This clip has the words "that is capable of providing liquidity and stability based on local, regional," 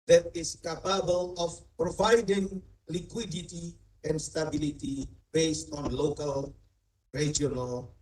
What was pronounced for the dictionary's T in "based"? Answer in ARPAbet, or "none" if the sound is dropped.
T